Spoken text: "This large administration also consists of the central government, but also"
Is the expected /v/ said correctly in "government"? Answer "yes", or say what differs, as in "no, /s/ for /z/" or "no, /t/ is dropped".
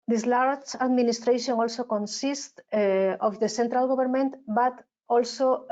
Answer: no, /b/ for /v/